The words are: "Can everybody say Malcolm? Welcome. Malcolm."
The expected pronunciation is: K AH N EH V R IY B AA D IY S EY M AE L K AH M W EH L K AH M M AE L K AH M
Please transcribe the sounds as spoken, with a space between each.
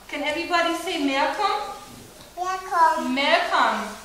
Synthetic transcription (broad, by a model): K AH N EH V R IY B AA D IY S EY M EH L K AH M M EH K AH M M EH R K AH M